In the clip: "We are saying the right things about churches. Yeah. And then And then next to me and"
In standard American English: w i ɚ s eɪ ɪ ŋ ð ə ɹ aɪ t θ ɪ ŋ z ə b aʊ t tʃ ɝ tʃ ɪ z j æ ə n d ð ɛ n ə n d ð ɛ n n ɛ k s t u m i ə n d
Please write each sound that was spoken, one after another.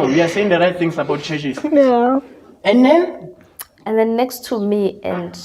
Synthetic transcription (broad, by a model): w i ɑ s eɪ ɪ ŋ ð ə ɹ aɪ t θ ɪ ŋ s ə b aʊ t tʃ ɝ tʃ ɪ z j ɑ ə n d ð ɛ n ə n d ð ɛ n n ɛ k s t u m i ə n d